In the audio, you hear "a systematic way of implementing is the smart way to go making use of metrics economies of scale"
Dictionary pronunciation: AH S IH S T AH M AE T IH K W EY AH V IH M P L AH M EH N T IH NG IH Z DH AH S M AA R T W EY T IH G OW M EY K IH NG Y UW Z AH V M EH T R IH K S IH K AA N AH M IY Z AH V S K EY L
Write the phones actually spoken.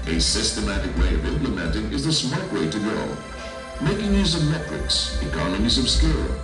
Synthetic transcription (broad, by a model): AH S IH S T AH M AE T IH K W EY AH V IH M P L AH M EH N T IH NG IH Z DH AH S M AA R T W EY T IH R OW M EY K IH NG Y UW Z AH V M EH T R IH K S IH K AA N AH M IY Z AH V S K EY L